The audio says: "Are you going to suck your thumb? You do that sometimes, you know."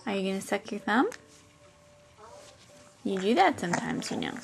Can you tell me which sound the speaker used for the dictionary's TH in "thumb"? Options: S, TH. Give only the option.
TH